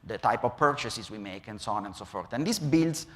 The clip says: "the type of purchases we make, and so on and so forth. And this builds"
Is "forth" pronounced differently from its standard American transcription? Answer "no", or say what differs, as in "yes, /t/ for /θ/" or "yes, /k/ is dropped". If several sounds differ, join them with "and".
yes, /t/ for /θ/